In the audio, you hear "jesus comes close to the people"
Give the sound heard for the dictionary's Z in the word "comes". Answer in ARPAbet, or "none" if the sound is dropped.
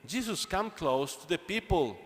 none